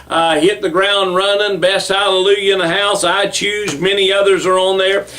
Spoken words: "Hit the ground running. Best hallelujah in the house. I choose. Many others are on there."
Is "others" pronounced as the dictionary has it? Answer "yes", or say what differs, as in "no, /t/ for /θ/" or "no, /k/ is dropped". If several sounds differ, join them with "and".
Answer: yes